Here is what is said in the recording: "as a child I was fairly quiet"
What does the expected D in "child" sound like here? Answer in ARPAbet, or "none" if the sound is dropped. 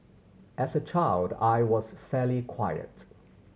D